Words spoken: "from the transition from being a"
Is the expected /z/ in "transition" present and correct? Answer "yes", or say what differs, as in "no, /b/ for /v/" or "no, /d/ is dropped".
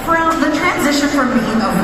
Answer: yes